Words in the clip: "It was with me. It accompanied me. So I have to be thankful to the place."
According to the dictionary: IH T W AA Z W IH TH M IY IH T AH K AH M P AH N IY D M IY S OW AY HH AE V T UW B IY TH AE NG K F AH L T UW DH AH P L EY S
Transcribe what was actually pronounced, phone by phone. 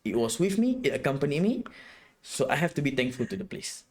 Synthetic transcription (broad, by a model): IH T W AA S W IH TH M IY IH T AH K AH M P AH N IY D M IY S OW AY HH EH F T UW B IY T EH NG K F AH L T UW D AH P L EY S